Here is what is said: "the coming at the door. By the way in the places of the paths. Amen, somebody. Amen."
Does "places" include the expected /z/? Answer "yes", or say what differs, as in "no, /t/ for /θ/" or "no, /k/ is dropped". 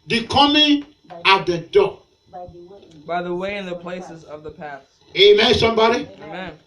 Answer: yes